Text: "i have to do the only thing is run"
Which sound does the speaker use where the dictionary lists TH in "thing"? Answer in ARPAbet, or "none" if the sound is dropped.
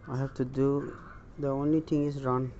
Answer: T